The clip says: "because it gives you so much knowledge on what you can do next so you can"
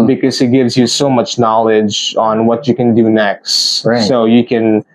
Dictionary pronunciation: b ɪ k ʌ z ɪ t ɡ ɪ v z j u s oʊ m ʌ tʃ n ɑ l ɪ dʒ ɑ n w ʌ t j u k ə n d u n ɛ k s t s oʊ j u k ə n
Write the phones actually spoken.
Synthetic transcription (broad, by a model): b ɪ k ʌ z ɪ t ɡ ɪ v z j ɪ s oʊ m ʌ tʃ n ɑ l ɪ dʒ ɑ n w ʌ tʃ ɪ k ə n d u n ɛ k s t s oʊ j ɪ k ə n